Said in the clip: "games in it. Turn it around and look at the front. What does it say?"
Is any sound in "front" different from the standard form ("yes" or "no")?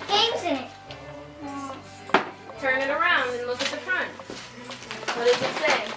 no